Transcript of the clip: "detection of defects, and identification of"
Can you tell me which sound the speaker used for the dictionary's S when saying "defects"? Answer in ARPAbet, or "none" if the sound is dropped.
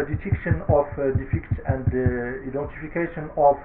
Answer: none